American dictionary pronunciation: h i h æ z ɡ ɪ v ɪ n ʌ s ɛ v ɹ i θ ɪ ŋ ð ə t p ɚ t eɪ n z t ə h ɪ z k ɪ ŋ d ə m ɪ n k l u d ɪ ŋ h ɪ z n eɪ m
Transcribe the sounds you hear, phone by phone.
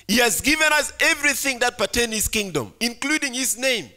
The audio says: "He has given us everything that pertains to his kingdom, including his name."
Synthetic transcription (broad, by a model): h i h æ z ɡ ɪ v ɪ n ʌ s ɛ v ɹ i θ ɪ ŋ ð ə t p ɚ t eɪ n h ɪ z k ɪ ŋ d ə m ɪ n k l u d ɪ ŋ h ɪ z n eɪ m